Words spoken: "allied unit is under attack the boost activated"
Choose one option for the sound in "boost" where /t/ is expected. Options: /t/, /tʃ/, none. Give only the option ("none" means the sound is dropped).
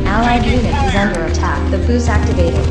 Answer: none